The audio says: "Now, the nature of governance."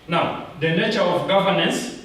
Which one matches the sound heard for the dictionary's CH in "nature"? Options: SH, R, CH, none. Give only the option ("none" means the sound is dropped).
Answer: CH